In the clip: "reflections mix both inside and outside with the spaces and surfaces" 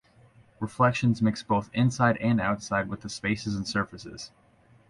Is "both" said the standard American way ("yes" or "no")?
yes